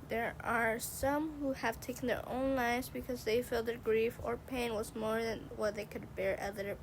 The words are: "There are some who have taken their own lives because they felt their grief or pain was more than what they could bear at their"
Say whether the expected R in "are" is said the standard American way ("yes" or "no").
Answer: yes